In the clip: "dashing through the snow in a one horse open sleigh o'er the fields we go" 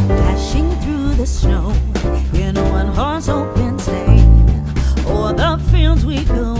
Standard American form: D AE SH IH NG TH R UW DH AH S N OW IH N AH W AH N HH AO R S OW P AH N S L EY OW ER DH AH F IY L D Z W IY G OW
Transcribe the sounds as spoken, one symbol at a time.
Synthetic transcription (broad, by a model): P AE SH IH NG TH R UW DH AH S N OW IH N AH W AH N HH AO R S OW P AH N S EY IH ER DH AH F IY L D Z W IY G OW